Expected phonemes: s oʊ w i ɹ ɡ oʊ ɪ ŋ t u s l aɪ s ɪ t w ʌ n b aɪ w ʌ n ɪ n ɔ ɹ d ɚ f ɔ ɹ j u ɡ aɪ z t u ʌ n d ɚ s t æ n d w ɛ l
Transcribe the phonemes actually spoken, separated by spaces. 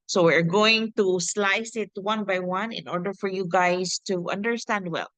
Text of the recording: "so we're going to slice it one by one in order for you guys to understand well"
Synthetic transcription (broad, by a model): s oʊ w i ɹ ɡ oʊ ɪ ŋ t u s l aɪ s ɪ t w ʌ n b aɪ w ʌ n ɪ n ɔ ɹ d ɚ f ɔ ɹ j u ɡ aɪ s t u ʌ n d ɚ s t æ n d w ɛ l